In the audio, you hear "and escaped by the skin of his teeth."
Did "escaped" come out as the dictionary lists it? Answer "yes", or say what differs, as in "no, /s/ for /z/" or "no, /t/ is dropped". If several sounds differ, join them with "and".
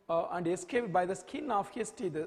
yes